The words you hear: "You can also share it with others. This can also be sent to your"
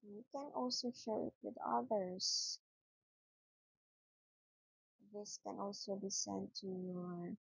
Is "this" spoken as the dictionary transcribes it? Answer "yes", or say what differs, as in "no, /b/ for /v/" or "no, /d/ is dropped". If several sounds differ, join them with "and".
yes